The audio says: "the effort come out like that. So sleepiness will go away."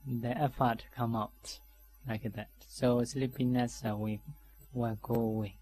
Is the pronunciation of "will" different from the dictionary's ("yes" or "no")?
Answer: yes